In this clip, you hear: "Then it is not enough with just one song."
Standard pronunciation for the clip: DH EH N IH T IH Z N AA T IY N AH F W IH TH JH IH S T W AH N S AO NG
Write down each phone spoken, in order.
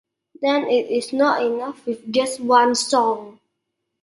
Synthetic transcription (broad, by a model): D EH N IH T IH S N AA T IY N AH F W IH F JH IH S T W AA N S AO NG